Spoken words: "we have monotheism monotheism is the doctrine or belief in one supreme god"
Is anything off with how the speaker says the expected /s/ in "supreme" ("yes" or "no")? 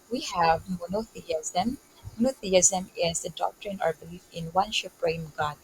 yes